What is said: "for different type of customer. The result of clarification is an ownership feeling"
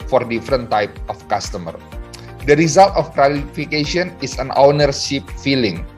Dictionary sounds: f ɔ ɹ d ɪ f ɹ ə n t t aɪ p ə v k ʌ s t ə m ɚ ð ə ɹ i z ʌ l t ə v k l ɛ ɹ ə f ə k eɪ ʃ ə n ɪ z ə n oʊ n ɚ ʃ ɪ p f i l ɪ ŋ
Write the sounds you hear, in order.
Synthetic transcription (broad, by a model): f ɔ ɹ d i f ɹ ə n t t aɪ p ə f k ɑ s t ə m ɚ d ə ɹ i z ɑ l t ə f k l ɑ l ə f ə k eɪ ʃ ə n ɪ s ə n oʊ n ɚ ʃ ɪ p f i l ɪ ŋ